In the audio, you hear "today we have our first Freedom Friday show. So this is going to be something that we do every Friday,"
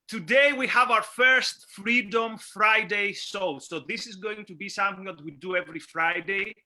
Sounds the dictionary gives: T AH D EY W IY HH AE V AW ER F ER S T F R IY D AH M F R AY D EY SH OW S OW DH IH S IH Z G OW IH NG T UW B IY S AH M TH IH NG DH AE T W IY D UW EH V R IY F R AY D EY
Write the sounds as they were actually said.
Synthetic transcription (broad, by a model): T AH D EY W IY HH AE V AW ER F ER S T F R IY D AH M F R AY D EY S OW S OW DH IH S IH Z G OW IH NG T UW B IY S AH M TH IH NG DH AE T W IY D UW EH V R IY F R AY D EY